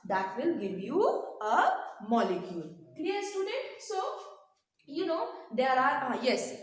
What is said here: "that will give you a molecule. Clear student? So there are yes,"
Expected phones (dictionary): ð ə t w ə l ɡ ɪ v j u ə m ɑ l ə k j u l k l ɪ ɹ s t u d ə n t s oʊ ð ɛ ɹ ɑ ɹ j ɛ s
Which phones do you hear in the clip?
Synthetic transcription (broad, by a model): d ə t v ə l ɡ ɪ v j u ə m ɑ l ə k j u l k l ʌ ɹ s t u d ə n t s oʊ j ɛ ɹ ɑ ɹ j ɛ s